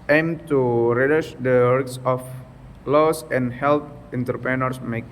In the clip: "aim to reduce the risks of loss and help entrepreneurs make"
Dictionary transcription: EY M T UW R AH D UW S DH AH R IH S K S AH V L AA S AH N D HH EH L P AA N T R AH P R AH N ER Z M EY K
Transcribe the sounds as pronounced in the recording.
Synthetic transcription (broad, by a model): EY M T UW R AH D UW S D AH W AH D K S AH F L AA S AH N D HH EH L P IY N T R P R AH N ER S M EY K